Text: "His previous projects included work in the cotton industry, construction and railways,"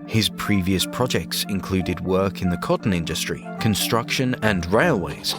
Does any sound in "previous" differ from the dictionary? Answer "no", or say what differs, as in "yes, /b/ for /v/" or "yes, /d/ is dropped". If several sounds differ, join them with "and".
no